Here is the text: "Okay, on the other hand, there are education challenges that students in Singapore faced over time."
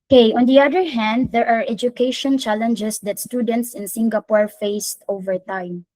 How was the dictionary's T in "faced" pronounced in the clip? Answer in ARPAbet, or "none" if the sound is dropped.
T